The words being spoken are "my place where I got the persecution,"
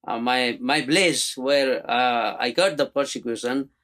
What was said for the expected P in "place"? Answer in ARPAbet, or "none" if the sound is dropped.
B